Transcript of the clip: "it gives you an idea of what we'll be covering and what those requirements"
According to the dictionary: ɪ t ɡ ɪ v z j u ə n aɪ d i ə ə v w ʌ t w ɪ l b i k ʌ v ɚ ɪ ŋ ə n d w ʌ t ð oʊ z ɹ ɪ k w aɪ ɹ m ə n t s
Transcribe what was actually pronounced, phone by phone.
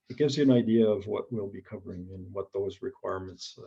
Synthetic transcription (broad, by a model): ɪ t ɡ ɪ v z j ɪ ə n aɪ d i ə ə v w ʌ t w ɪ l b i k ʌ v ɚ ɪ ŋ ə n w ʌ t ð oʊ z ɹ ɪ k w aɪ ɹ m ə n t s